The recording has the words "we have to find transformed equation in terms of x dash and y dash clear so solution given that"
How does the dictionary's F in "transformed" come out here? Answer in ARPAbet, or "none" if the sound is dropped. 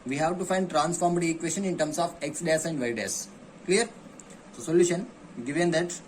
F